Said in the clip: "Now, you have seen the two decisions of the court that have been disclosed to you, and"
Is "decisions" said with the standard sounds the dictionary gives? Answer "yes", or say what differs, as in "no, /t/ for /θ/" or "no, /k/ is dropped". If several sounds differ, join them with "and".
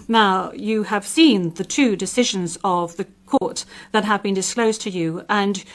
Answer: yes